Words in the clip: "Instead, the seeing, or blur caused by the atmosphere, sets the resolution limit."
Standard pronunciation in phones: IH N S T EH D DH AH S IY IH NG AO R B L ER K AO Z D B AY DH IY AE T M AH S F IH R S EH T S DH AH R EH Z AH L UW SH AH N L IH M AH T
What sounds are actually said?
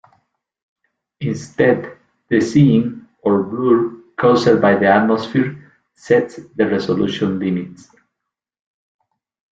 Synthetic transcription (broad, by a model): IH N S T EH D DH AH S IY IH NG AO R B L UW K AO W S B AY DH IY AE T M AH S F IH R S EH T S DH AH R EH S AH L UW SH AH N L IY M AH T